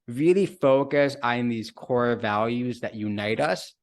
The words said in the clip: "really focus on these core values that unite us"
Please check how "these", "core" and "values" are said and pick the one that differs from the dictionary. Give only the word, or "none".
none